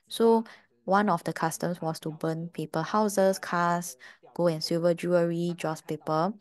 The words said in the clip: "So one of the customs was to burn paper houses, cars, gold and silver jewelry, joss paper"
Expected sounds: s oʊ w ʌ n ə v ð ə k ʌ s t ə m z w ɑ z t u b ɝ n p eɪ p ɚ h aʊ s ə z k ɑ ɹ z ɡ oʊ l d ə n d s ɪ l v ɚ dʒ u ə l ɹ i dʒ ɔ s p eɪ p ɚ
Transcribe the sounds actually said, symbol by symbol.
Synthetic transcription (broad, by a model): s oʊ w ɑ n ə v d ə k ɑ s t ə m s w ɑ s t u b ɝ n p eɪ p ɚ h aʊ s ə s k ɑ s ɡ oʊ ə n s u v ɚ dʒ u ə ɹ i dʒ ɔ s p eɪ p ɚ